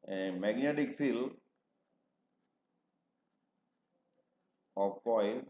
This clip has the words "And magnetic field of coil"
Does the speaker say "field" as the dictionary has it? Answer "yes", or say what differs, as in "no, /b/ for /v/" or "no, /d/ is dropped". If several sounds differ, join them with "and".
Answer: no, /d/ is dropped